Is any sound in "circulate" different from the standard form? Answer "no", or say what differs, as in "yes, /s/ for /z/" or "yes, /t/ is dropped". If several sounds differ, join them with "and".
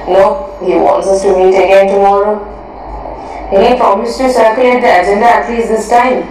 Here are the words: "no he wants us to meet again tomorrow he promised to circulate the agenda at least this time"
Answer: yes, /l/ is dropped